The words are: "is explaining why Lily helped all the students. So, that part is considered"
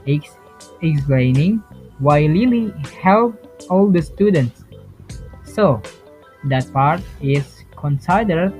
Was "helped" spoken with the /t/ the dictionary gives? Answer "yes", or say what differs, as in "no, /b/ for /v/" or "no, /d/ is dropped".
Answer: no, /t/ is dropped